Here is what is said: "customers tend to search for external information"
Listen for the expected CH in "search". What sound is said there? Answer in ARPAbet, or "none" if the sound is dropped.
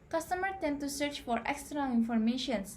CH